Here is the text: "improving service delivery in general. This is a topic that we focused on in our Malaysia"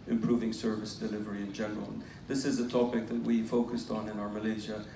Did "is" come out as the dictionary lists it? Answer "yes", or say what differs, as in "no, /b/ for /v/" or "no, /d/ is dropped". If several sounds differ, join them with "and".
yes